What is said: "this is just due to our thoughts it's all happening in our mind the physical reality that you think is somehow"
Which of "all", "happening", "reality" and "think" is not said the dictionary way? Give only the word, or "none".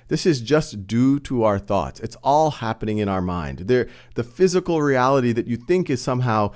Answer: none